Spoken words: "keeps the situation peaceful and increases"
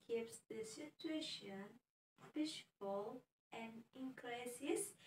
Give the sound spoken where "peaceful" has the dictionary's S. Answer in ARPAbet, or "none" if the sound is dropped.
SH